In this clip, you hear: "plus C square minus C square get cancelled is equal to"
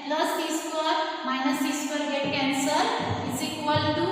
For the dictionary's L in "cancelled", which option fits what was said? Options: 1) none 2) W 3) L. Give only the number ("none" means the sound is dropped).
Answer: 1